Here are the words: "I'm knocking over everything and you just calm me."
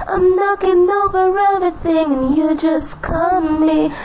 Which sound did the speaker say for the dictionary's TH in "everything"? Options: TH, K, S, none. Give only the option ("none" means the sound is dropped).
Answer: TH